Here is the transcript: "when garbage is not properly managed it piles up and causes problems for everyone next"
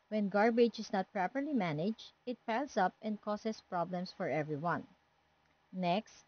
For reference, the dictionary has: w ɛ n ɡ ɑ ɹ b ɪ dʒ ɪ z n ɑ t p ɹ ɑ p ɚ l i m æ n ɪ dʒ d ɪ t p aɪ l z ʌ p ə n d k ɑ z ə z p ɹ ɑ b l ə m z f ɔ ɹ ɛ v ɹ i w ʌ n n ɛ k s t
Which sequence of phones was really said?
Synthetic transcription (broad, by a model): w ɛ n ɡ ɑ ɹ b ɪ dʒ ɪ s n ɑ t p ɹ ɑ p ɚ l i m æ n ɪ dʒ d ɪ t p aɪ l s ʌ p ə n d k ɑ s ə s p ɹ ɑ b l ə m s f ɔ ɹ ɛ v ɹ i w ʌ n n ɛ k s t